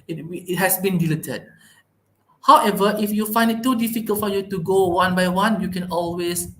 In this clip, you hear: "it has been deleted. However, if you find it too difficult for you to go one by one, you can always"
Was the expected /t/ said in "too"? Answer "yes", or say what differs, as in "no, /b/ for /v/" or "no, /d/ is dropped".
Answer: yes